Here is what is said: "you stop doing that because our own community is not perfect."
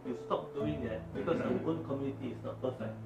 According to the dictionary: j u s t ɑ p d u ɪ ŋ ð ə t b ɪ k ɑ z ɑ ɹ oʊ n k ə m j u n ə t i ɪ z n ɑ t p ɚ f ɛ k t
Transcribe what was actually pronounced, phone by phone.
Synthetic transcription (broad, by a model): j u s t ɑ p d u ɪ ŋ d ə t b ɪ k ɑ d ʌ w oʊ n k ə m j u n ə t i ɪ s n ɑ t p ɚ f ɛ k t